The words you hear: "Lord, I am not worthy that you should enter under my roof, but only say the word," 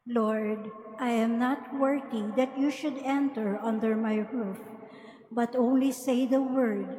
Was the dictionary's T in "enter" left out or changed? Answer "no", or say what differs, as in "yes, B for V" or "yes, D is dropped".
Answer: no